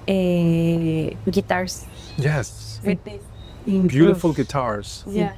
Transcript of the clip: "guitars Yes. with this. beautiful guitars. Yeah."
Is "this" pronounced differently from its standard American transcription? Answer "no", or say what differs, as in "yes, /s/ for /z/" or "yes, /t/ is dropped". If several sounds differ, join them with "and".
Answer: yes, /s/ is dropped